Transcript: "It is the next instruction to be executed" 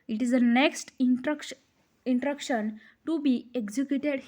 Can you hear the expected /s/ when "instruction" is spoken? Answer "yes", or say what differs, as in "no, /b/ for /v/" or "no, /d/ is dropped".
no, /s/ is dropped